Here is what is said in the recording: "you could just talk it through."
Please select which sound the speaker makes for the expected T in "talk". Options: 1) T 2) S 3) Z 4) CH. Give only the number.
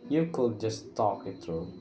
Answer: 1